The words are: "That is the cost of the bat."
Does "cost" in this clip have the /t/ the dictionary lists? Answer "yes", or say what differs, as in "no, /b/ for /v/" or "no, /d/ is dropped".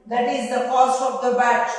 no, /t/ is dropped